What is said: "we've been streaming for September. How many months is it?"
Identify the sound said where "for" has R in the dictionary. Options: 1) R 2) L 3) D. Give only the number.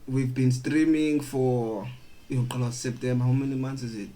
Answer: 2